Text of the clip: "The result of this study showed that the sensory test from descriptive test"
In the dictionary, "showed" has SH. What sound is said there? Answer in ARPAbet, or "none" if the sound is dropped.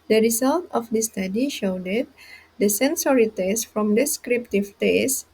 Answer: SH